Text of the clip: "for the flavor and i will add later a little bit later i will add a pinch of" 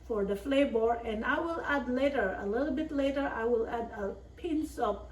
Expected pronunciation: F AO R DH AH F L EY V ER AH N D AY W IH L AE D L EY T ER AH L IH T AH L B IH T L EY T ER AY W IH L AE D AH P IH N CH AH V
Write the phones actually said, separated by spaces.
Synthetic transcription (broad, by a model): F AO R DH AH F L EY B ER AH N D AY W IH L AE D L EY T ER AH L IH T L B IH T L EY T ER AY W IH L AE D AH P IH N S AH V